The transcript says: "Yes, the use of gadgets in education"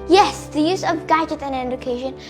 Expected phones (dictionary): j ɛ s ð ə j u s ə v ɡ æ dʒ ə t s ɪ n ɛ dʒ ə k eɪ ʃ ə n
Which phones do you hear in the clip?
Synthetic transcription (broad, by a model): j ɛ s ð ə j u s ə v ɡ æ dʒ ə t ɪ n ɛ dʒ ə k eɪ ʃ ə n